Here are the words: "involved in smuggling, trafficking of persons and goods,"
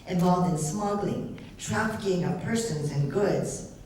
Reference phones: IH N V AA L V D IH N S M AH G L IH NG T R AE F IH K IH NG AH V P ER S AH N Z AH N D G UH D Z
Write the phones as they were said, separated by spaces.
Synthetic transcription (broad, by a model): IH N V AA L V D IH N S M AH G L IH NG T R AE F IH K IH NG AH P ER S AH N Z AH N G UH D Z